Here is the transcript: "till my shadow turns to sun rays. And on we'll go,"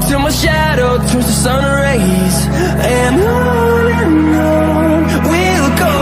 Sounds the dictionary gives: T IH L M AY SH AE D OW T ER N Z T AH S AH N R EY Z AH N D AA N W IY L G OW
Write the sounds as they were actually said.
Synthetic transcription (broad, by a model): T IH M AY SH AE D OW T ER Z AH S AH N R EY Z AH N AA N W IY L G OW